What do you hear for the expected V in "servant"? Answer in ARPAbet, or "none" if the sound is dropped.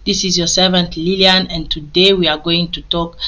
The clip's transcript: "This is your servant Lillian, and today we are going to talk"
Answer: V